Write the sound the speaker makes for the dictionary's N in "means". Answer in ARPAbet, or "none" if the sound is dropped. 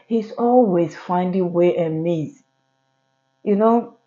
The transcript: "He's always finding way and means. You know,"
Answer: none